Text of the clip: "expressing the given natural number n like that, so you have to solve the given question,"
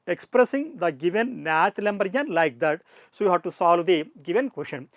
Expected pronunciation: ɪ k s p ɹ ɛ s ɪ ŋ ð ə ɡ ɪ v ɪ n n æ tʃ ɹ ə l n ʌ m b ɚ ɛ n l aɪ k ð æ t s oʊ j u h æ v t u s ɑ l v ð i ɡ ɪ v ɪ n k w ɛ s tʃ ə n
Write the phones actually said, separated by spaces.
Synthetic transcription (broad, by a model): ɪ k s p ɹ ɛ s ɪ ŋ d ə ɡ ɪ v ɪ n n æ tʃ l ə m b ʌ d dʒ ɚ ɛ n l aɪ k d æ t s oʊ j u h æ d t u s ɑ l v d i ɡ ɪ v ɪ n k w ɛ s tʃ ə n